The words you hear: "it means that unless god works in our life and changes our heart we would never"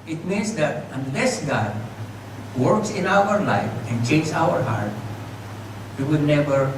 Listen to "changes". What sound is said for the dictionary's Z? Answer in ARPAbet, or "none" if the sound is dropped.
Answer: none